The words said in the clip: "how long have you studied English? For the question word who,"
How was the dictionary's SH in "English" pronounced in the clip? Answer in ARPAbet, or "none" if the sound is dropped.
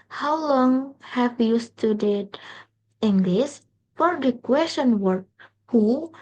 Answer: S